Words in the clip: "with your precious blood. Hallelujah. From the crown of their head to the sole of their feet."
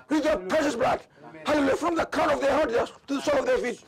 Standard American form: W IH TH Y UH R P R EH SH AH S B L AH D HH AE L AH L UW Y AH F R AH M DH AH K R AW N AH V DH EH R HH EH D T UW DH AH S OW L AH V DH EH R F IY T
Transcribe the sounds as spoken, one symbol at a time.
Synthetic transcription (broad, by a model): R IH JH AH P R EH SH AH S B L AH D HH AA L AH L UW Y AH F R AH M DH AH K AW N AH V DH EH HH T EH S T UW DH AH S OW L AH V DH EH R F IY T